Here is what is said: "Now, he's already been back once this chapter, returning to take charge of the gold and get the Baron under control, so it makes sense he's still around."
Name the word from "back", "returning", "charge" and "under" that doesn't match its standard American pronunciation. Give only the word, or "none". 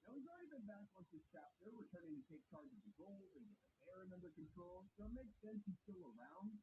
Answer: returning